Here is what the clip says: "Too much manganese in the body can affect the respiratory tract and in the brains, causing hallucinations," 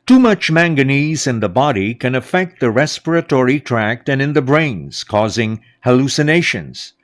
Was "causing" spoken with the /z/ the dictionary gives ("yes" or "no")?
yes